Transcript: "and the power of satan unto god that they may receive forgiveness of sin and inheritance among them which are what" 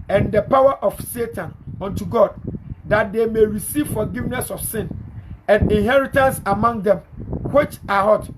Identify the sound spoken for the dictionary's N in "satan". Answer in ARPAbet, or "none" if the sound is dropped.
N